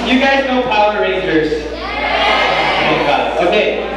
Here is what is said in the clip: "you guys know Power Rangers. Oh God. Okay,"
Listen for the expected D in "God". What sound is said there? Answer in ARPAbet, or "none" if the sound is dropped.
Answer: none